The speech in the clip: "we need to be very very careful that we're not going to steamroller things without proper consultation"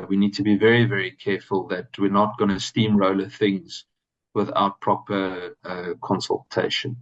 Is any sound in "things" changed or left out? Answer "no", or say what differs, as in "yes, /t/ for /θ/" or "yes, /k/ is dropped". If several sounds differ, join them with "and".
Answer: no